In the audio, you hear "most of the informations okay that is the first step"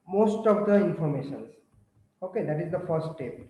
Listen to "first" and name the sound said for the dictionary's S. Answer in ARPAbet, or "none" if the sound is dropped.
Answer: none